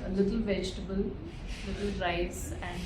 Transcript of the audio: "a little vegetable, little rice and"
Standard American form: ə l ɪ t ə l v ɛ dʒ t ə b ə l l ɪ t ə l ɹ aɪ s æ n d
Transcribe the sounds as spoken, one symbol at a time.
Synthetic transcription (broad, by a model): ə l ɪ t ə l v ɛ dʒ t ə b ə l l ɪ t ə l ɹ aɪ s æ n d